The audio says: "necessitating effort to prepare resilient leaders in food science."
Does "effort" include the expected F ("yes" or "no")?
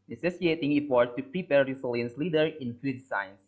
no